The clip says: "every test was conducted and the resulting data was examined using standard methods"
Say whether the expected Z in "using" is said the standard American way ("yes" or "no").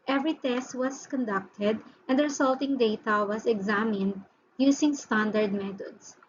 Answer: no